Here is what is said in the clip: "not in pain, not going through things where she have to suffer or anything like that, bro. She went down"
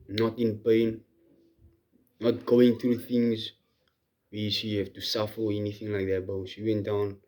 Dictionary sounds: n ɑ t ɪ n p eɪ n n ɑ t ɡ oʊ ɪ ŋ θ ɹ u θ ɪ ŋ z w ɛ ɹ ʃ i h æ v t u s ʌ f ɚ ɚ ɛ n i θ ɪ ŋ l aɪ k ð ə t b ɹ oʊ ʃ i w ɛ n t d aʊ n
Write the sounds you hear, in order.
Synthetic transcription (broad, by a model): n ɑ t ɪ n p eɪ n n ɑ t ɡ oʊ ɪ ŋ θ ɹ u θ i ŋ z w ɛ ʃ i h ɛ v t u s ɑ f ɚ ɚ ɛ n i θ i ŋ l aɪ k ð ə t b oʊ ʃ i w ɛ n t d aʊ n